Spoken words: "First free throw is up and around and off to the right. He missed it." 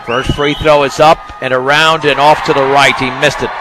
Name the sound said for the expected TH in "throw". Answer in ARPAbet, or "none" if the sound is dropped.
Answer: TH